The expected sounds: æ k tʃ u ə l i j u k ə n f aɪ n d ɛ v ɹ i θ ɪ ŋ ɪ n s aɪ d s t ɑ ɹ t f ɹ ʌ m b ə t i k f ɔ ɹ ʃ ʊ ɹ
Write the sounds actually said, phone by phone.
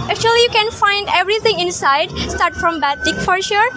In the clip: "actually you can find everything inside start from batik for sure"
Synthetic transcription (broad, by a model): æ k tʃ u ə l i j u k ə n f aɪ n d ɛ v ɹ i t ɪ ŋ ɪ n s aɪ d s t ɑ ɹ t f ɹ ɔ m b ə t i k f ɔ ɹ ʃ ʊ ɹ